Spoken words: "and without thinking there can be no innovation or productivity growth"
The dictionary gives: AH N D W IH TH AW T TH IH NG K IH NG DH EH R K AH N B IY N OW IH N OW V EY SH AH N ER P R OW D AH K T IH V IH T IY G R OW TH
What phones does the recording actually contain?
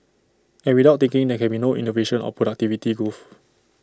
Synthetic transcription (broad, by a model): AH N W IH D AW T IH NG K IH NG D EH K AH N B IY N OW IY N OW V EY SH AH N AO P R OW D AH K T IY V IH T IY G OW F